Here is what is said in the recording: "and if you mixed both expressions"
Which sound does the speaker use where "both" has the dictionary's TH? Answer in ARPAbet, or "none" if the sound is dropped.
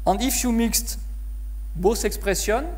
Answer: S